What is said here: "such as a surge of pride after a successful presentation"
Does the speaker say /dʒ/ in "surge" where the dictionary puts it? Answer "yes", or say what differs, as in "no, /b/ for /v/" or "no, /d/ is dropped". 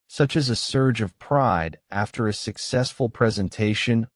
yes